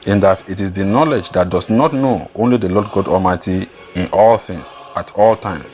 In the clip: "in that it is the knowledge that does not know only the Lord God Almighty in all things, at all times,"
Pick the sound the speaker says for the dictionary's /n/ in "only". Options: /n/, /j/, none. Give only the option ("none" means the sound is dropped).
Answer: /n/